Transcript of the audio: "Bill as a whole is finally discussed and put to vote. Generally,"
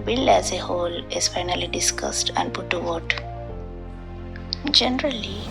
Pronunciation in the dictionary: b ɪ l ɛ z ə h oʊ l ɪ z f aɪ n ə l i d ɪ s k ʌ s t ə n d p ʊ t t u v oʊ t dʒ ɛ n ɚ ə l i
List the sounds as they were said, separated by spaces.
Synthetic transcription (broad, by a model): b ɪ l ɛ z ə h oʊ l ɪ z f aɪ n ə l i d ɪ s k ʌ s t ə n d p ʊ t t u w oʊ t dʒ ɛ n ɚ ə l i